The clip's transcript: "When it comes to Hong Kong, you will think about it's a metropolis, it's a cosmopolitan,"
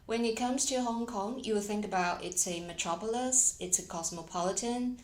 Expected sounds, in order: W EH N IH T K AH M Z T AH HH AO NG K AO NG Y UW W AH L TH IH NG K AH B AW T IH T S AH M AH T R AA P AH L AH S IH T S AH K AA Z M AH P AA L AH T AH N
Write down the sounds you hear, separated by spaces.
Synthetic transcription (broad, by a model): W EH N IH T K AH M Z T AH HH AO NG K AO NG Y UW W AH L TH IH NG K AH B AW T IH T S AH M AH T R AA P AH L AH S IH T S AH K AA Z M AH P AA L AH T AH N